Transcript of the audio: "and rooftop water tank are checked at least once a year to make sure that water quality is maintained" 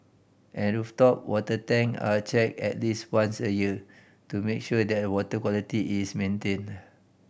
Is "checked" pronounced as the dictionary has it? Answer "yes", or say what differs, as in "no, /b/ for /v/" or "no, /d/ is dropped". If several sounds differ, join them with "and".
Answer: no, /t/ is dropped